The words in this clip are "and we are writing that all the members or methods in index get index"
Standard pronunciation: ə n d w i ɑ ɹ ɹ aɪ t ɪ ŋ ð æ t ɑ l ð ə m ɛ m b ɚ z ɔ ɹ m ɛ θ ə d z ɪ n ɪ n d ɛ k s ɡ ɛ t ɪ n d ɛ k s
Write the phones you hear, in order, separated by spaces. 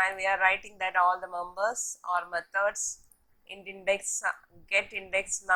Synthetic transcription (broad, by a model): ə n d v i ɑ ɹ ɹ aɪ t ɪ ŋ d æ t ɑ l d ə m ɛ m b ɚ s ɔ ɹ m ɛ t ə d s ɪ n ɪ n d ɛ k s ɡ ɛ t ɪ n d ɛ k s